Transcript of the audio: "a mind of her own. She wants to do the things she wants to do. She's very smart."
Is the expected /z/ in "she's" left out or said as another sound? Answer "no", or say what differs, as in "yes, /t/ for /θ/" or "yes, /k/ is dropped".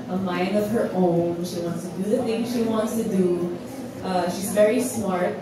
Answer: no